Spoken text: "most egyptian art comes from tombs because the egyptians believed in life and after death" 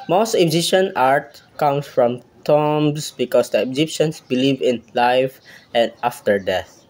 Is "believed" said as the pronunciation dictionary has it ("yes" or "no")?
no